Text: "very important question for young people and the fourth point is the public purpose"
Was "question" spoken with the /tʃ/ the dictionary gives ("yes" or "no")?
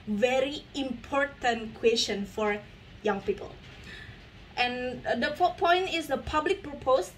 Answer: no